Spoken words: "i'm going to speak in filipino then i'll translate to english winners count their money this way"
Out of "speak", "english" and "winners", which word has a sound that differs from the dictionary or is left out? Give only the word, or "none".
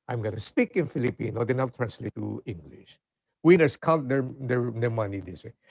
winners